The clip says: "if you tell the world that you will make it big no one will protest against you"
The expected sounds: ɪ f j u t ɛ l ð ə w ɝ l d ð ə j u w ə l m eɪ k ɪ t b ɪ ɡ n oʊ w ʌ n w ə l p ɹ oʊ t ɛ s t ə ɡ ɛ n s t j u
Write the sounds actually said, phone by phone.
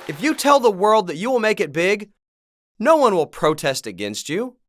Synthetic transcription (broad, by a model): ɪ f j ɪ t ɛ l ð ə w ɝ l d ð ə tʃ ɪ w ə l m eɪ k ɪ t b ɪ ɡ n oʊ w ʌ n w ə l p ɹ oʊ t ɛ s t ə ɡ ɛ n s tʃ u